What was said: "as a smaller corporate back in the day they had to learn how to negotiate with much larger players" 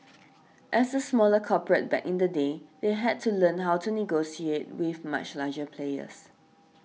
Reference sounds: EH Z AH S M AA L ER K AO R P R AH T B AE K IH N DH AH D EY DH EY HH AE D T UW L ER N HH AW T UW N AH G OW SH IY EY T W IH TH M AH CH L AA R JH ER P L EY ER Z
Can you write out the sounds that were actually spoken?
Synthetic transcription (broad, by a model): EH S AH S M AA L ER K AO P R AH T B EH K IH N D AH D EY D EY HH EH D T UW L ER N HH AW T UW N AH G OW S IY EY T W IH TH M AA CH L AA JH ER P L EY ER S